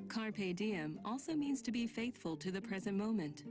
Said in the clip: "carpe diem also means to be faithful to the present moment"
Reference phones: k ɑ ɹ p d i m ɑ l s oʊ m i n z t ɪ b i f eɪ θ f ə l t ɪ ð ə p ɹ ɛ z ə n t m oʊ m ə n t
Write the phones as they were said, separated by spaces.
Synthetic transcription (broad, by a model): k ɑ ɹ p d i m ɑ l s oʊ m i n z t ɪ b i f eɪ θ f ə l t ɪ ð ə p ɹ ɛ z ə n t m oʊ m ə n t